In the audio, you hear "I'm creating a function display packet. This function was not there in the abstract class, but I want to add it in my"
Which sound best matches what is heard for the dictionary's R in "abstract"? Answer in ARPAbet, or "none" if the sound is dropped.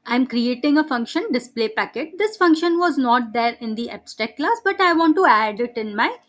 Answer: none